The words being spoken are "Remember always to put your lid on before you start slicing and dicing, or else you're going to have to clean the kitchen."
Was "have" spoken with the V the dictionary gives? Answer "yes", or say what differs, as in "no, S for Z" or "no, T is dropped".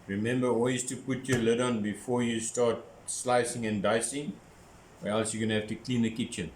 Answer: no, F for V